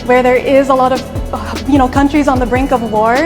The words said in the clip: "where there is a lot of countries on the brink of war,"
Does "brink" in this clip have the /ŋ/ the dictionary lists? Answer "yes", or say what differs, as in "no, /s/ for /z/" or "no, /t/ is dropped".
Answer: yes